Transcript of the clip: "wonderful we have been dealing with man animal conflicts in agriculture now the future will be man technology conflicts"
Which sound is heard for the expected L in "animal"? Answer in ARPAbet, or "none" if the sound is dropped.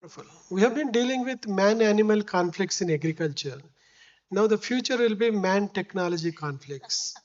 L